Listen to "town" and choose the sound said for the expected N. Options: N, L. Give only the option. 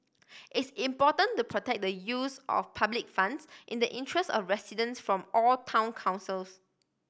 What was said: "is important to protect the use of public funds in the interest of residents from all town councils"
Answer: N